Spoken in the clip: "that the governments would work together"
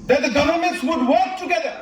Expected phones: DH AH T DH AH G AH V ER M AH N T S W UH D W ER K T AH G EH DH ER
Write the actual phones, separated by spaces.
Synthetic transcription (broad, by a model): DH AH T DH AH G AH V ER M AH N T S W UH D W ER K T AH G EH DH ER